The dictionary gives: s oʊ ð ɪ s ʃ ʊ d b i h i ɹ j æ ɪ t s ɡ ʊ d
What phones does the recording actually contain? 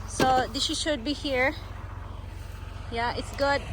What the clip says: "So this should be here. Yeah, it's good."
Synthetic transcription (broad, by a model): s oʊ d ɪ ʃ ʃ ʊ d b i h i ɹ j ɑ ɪ t s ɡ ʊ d